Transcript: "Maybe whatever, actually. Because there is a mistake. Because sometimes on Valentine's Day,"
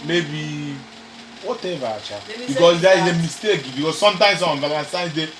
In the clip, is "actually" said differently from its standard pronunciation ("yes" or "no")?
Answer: yes